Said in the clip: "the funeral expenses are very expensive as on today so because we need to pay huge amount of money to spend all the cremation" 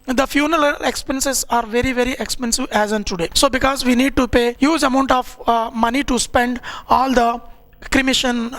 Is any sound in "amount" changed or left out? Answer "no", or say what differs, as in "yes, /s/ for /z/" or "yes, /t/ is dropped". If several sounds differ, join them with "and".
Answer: no